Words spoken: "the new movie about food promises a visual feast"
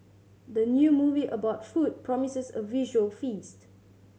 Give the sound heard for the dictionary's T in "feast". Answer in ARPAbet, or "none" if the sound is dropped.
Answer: T